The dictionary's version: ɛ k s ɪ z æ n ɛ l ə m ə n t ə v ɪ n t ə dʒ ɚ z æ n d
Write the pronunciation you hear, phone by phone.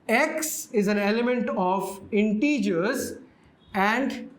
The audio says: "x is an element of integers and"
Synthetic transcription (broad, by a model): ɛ k s ɪ z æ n ɛ l ə m ə n t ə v ɪ n t ə dʒ ɚ z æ n d